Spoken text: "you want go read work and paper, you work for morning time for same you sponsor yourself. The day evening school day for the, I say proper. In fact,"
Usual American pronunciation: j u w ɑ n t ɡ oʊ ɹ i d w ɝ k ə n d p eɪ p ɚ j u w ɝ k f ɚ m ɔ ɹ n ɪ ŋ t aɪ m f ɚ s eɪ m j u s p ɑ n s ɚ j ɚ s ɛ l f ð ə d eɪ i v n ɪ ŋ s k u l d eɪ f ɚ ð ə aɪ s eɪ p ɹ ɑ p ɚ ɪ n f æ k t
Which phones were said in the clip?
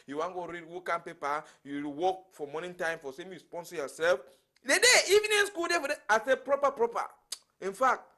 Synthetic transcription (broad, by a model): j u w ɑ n ɡ oʊ ɹ i d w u k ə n p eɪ p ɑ j u w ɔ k f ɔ m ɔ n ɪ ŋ t aɪ m f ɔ s eɪ m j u s p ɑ n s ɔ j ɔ s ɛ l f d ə d eɪ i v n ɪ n s k u l d eɪ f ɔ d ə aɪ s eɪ p ɹ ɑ p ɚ ɪ n f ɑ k t